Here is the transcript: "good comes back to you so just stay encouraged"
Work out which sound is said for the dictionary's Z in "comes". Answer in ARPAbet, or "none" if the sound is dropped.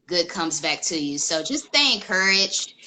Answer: Z